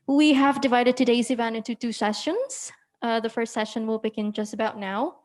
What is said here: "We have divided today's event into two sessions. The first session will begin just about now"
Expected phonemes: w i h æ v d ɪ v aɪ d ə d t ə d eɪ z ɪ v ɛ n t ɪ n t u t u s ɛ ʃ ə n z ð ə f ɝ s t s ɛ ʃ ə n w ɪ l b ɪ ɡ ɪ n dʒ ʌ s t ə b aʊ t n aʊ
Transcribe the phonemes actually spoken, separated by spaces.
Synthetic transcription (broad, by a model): w i h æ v d ɪ v aɪ d ə d t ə d eɪ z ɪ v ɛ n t ɪ n t u t u s ɛ ʃ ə n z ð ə f ɝ s t s ɛ ʃ ə n w ɪ l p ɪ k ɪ n dʒ ʌ s t ə b aʊ t n aʊ